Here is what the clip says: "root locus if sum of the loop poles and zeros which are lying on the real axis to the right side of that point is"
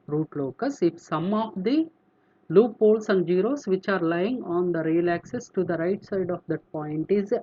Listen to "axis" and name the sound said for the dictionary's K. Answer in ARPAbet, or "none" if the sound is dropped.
K